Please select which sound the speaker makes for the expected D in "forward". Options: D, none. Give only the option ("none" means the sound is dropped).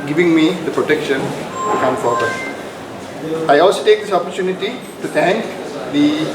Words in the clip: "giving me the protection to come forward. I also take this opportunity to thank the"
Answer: none